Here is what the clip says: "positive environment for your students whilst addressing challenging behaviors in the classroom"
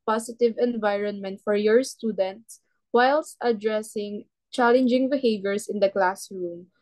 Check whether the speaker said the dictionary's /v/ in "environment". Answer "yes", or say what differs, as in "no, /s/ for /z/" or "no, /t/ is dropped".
yes